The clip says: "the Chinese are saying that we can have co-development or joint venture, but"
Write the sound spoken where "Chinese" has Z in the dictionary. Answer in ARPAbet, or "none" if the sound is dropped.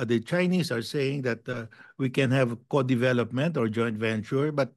S